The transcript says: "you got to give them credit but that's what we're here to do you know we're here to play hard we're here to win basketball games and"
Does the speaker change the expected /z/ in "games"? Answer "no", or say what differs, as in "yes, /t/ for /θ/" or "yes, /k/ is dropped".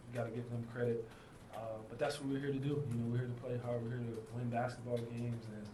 no